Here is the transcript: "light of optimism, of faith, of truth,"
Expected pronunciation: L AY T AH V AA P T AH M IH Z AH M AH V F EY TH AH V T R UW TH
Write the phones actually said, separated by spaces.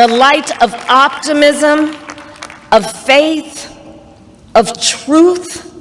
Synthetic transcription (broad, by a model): L AY T AH V AA P T AH M IH Z AH M AH V F EY TH AH V T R UW TH